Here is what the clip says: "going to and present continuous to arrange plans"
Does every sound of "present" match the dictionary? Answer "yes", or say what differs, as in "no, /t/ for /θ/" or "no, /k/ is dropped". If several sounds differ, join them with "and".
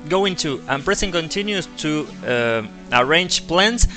no, /s/ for /z/